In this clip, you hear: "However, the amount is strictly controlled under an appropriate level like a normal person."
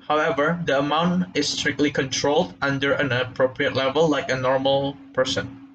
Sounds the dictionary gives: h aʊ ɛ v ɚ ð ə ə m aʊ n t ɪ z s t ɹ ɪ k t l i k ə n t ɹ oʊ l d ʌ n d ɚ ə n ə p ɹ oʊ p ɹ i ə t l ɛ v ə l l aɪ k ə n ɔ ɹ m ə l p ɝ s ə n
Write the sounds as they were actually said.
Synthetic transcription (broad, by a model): h aʊ ɛ v ɚ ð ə ə m aʊ n t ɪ s t ɹ ɪ k t l i k ə n t ɹ oʊ l d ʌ n d ɚ ə n ə p ɹ oʊ p ɹ i ə t l ɛ v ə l l aɪ k ə n ɔ ɹ m ə l p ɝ s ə n